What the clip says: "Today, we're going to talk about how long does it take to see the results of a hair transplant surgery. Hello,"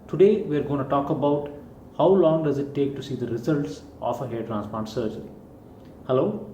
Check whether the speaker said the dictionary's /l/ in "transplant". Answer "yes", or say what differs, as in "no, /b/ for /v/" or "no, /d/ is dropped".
no, /l/ is dropped